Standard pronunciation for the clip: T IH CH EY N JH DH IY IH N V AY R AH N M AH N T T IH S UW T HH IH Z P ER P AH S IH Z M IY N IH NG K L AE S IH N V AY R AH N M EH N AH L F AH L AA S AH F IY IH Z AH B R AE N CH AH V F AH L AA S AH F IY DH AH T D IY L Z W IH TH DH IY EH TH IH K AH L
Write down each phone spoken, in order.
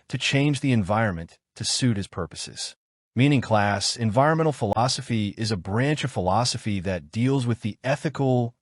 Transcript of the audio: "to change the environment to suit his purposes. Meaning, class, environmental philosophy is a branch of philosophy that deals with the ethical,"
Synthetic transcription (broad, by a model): T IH CH EY N JH DH IY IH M V AY R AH N M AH N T T IH S UW T HH IH Z P ER P AH S IH Z M IY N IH NG K L AE S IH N V AY R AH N M EH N L F AH L AA S AH F IY IH Z AH B R AE N CH AH V F AH L AA S AH F IY DH AH T D IY L Z W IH DH IY EH TH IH K L